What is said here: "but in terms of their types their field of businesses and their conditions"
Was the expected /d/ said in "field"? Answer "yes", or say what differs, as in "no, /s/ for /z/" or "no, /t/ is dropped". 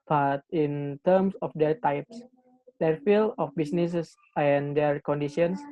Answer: no, /d/ is dropped